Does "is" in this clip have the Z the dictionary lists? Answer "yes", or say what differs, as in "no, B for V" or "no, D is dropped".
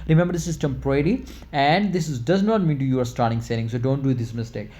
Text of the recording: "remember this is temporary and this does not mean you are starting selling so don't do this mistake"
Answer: no, S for Z